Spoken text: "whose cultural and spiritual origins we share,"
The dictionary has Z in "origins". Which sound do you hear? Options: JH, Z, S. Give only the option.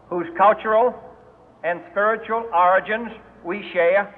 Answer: Z